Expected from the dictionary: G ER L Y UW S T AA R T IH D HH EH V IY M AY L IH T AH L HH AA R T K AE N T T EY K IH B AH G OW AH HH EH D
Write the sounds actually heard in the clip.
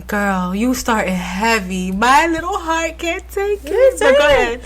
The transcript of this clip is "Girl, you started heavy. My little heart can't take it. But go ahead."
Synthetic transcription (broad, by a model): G ER L Y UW S T AA R T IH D HH EH V IY M AY L IH T L HH AA R T K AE N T T EY K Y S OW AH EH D